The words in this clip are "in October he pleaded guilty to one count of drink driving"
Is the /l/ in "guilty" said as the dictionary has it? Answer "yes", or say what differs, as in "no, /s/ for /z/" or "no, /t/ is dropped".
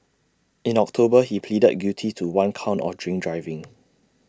no, /l/ is dropped